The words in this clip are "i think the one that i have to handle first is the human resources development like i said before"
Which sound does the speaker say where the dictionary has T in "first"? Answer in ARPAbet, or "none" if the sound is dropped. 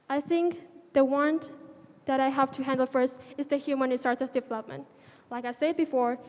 T